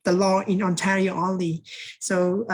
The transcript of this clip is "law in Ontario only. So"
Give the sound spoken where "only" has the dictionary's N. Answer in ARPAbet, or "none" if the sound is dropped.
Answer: none